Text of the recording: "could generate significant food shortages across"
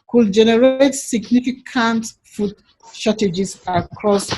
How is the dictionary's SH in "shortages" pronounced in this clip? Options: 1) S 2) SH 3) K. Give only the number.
1